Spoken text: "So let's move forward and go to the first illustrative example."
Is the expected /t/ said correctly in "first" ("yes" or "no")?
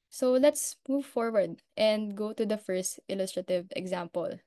yes